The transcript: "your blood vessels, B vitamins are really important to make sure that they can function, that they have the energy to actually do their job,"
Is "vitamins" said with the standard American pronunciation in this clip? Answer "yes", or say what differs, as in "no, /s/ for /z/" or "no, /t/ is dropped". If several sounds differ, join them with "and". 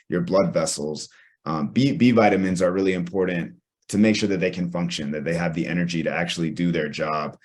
yes